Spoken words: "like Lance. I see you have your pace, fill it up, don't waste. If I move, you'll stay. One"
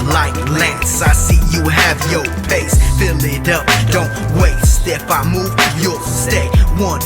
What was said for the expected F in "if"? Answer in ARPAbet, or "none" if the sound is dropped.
P